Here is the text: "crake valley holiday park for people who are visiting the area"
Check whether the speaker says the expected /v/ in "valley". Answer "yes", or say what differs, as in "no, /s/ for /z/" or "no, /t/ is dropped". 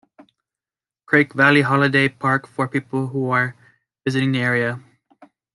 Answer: yes